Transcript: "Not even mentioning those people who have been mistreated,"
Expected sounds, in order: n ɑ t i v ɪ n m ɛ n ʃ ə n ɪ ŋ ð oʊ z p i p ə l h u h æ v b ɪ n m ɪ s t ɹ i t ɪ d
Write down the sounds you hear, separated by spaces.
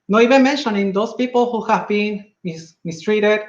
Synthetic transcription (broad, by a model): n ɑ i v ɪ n m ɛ n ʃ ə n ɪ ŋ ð oʊ s p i p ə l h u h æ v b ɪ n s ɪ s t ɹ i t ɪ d